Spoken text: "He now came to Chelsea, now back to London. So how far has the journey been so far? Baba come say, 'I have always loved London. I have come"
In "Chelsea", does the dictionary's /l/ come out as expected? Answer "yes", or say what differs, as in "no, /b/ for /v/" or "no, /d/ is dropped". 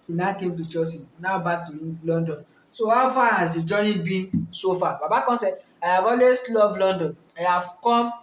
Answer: no, /l/ is dropped